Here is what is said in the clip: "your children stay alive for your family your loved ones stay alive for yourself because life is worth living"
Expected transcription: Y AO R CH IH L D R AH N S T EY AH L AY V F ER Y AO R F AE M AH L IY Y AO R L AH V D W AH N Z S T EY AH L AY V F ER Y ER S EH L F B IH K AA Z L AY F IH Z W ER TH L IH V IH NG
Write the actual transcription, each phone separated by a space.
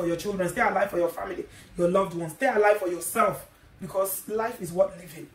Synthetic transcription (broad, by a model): Y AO CH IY L D R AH N S T EY AH L AY V F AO Y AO F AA M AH L IY Y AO L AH V D W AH N S T EY AH L AY V F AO Y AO S EH L F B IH K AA S L AY F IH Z W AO T L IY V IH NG